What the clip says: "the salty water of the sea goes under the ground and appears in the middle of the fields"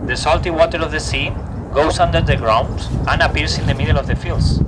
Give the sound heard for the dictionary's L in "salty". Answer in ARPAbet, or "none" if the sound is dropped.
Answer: L